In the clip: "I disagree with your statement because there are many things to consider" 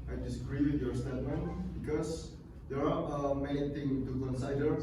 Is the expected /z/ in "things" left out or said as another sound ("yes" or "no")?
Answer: yes